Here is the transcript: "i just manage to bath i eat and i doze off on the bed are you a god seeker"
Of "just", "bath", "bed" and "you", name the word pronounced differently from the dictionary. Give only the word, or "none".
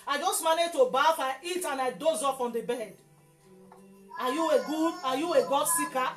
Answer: bath